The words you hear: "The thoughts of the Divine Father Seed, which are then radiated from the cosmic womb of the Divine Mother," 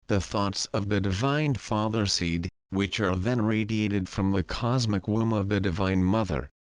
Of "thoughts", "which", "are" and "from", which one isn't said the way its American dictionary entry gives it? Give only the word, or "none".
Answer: none